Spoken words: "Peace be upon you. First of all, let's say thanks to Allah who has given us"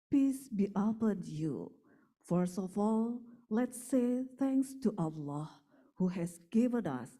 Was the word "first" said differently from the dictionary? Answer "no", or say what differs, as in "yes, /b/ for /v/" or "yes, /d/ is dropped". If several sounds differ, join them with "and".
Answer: yes, /t/ is dropped